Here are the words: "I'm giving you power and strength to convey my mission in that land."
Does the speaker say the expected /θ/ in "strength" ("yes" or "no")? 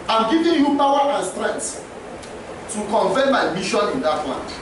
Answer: no